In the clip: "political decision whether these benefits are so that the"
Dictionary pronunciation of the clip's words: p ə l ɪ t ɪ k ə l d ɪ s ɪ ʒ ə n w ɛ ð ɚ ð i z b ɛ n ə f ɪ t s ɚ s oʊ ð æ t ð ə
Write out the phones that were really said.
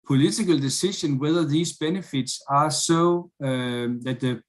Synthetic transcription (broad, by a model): p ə l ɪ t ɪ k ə l d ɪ s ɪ ʃ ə n w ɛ ð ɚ ð i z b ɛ n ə f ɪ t s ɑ s oʊ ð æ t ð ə